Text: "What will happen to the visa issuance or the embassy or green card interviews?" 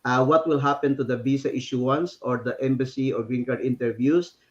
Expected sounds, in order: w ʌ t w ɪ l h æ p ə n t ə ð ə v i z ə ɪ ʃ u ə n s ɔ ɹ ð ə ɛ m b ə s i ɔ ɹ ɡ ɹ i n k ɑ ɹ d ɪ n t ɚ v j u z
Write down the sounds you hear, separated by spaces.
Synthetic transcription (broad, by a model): w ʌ t w ɪ l h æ p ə n t ə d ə b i s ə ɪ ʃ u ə n s ɔ ɹ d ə ɛ m b ə s i ɔ ɹ ɡ ɹ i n k ɑ ɹ d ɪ n t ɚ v j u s